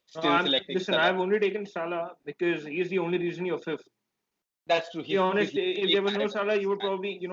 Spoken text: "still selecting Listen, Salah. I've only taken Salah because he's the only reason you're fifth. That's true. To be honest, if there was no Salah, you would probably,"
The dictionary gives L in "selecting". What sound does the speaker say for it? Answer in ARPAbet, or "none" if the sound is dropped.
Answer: none